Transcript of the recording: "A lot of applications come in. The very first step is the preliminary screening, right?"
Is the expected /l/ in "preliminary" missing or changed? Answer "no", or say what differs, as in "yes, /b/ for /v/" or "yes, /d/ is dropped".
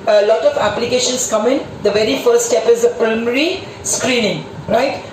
yes, /l/ is dropped